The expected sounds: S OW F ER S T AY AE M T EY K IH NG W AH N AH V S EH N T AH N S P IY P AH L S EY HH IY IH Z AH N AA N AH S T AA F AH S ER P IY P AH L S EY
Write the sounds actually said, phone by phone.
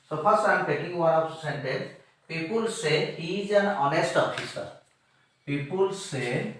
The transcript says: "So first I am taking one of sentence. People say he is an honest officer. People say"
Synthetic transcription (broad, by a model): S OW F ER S AY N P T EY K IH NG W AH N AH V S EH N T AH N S P IY P AH L S EY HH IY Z AH N AA N AH S T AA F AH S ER P IY P AH L S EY